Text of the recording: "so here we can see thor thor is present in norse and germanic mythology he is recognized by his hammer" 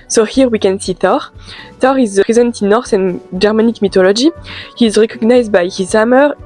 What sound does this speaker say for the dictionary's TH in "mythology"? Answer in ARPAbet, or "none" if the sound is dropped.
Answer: T